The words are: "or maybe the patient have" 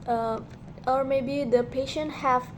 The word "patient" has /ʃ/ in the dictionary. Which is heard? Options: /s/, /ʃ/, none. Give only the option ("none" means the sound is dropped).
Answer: /ʃ/